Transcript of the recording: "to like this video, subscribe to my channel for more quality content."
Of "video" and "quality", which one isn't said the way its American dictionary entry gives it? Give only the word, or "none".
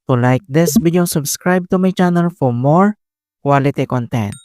video